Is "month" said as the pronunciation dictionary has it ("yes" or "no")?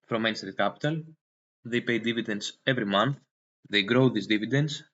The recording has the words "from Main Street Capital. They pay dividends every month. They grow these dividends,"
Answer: yes